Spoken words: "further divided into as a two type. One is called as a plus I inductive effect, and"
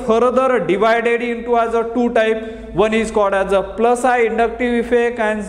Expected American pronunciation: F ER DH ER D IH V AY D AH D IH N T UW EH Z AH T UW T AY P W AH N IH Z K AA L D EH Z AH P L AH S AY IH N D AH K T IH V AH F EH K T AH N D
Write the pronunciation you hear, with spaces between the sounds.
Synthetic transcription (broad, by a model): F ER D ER D IH V AY D AH D IH N T UW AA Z AH T UW T AY P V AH N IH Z K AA D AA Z AH P L AH S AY IH N D AH K T IH V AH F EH K AH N